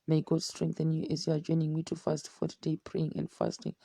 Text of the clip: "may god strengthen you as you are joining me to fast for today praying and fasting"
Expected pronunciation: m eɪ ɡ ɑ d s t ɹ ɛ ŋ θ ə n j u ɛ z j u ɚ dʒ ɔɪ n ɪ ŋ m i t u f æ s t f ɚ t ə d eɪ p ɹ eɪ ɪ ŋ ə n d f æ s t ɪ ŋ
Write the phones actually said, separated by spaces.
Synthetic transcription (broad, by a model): m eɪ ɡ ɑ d s t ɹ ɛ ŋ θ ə n j u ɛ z j u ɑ dʒ ɔɪ n ɪ ŋ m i t u f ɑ s t f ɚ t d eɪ p ɹ eɪ ɪ ŋ ə n d f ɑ s t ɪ ŋ